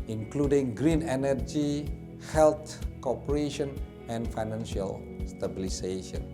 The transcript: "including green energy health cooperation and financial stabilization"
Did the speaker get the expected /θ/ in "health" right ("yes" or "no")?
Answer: no